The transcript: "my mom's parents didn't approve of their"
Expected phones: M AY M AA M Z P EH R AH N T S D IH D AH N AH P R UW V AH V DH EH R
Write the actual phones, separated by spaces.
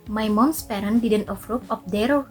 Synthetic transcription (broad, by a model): M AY M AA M S P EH R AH N D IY D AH N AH F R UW P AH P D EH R